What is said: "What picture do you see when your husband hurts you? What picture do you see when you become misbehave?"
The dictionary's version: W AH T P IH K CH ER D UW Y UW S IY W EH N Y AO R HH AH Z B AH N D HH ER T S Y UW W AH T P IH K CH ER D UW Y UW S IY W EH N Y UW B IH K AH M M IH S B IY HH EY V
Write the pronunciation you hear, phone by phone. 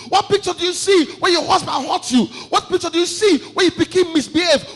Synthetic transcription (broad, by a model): W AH T P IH K CH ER D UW Y UW S IY W EH N Y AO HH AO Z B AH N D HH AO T Y UW W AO T P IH K CH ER D UW Y UW S IY W EH N Y UW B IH K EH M M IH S B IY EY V